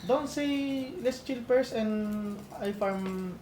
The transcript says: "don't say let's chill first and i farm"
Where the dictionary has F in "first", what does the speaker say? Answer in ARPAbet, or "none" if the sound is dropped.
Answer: P